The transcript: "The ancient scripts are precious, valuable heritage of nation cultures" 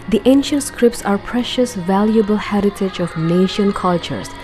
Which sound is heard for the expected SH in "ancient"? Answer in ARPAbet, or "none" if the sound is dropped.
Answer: SH